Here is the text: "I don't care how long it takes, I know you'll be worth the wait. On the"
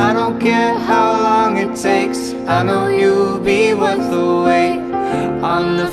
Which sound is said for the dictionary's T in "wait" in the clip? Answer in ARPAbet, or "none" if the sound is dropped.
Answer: none